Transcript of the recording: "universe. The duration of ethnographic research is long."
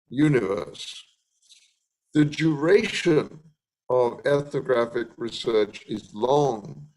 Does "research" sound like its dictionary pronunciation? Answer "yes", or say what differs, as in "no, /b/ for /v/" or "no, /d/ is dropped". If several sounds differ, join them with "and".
yes